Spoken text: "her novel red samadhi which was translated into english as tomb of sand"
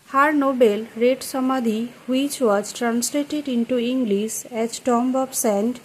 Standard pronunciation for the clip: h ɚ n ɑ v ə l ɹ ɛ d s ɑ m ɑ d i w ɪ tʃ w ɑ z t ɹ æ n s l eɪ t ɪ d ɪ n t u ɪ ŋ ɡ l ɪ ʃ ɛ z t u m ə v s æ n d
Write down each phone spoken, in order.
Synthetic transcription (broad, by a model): h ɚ n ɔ b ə l ɹ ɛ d s ɑ m ɑ d i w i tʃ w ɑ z t ɹ æ n s l eɪ t ɪ d ɪ n t u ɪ ŋ ɡ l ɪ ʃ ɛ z t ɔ m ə b s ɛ n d